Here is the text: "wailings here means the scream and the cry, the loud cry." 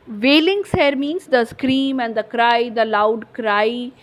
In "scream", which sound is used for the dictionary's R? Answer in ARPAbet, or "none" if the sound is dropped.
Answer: R